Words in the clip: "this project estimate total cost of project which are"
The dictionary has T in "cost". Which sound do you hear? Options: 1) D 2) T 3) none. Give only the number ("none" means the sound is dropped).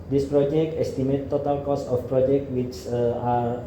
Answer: 3